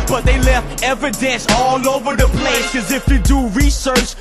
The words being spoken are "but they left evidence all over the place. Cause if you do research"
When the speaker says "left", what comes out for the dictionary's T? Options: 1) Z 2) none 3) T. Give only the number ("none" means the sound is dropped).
3